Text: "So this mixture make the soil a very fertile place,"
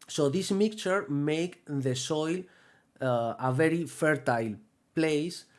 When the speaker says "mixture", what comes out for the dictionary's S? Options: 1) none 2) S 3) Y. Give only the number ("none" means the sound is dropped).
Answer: 1